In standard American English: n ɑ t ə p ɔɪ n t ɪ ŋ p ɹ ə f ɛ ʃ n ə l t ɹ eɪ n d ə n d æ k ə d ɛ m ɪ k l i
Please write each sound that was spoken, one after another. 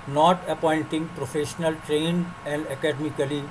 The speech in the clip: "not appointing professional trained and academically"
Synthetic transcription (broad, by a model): n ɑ t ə p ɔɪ n t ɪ ŋ p ɹ ə f ɛ ʃ n ə l t ɹ eɪ n ə n d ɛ k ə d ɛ m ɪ k l i